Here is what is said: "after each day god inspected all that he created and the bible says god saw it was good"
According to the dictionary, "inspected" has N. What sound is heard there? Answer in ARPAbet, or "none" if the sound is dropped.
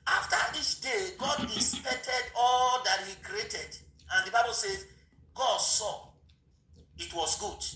none